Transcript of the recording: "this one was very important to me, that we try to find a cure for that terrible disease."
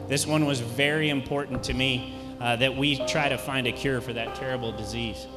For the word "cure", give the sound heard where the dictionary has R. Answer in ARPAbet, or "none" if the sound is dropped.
R